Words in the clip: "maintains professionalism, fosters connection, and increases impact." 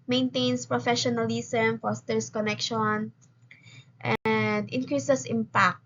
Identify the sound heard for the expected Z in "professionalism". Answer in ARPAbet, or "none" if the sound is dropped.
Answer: S